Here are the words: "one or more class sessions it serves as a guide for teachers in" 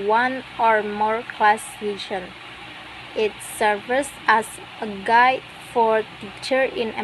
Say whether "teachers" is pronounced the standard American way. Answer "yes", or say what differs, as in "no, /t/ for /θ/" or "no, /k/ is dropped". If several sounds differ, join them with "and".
no, /z/ is dropped